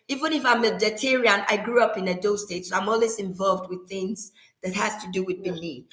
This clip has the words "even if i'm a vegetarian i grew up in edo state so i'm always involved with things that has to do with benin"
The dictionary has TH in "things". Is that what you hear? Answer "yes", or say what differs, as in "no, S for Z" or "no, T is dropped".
yes